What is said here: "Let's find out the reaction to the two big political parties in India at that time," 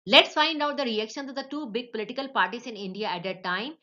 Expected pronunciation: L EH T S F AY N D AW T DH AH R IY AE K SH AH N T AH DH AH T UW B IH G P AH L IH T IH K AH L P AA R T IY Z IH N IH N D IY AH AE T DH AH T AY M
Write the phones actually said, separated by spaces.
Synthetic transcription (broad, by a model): L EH T S F AY N D AW T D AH R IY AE K SH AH N S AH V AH T UW B IH G P AH L IH T IH K AH L P AA R T IY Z IH N IH N D IY AH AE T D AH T AY M